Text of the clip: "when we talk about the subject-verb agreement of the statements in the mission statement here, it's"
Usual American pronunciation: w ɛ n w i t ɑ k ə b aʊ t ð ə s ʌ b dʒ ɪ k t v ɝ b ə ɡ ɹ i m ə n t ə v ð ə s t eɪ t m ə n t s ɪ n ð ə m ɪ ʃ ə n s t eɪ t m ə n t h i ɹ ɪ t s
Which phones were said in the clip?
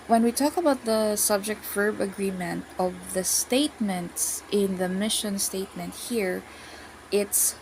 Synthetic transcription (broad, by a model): w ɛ n w i t ɑ k ə b aʊ t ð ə s ʌ b dʒ ɪ k t f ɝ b ə ɡ ɹ i m ə n t ə v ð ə s t eɪ t m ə n t s ɪ n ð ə m ɪ ʃ ə n s t eɪ t m ə n t h i ɹ ɪ t s